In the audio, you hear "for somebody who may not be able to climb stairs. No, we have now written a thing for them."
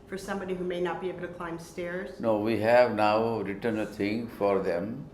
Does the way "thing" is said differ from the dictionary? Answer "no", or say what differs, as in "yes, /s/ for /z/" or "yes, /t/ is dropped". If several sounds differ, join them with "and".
yes, /t/ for /θ/